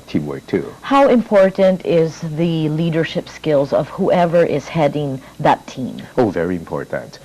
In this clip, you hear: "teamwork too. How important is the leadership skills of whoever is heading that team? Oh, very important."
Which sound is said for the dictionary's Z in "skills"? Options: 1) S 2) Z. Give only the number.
2